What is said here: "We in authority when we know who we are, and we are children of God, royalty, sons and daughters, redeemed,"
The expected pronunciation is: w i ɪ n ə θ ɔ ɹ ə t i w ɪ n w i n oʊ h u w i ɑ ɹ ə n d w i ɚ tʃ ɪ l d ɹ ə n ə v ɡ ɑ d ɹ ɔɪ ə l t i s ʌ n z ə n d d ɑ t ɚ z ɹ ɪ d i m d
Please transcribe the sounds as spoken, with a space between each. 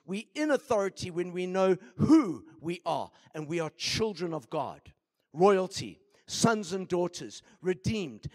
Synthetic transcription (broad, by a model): w i ɪ n ə θ ɔ ɹ ə t i w ɪ n w i n oʊ h u w i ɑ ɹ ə n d w i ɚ tʃ ɪ l d ɹ ə n ə v ɡ ɑ d ɹ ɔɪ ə l t i s ʌ n z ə n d d ɑ t ɚ z ɹ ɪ d i m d